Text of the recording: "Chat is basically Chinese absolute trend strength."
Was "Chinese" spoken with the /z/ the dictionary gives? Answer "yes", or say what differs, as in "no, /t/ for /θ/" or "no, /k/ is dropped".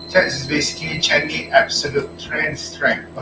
no, /z/ is dropped